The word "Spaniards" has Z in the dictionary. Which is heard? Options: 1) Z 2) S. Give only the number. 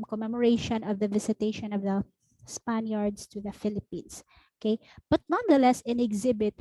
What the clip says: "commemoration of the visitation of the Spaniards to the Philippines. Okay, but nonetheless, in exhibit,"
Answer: 2